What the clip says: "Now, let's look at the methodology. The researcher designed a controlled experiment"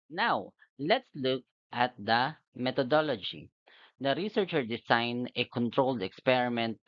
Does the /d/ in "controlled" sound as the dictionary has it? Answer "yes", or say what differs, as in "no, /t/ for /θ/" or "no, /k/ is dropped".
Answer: yes